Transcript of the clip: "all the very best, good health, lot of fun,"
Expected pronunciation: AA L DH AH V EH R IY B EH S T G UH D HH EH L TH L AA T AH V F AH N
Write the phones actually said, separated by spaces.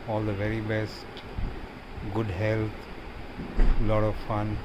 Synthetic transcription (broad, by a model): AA L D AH V EH R IY B EH S T G UH D HH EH L T L AA T AH V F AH N